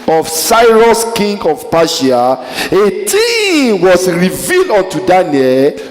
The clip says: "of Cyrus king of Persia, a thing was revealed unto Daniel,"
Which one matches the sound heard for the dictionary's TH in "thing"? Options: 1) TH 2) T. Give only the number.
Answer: 2